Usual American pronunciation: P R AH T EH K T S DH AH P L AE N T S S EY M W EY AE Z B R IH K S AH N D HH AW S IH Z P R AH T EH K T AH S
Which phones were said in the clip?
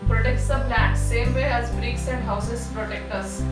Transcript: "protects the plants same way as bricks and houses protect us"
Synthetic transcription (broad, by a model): P R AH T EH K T S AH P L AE T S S EY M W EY AE Z B R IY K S AH N D HH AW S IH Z P R AH T EH K T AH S